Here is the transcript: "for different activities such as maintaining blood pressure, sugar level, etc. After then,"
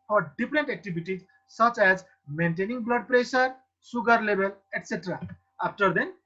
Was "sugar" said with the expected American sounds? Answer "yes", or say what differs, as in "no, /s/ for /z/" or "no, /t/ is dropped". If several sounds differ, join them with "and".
no, /s/ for /ʃ/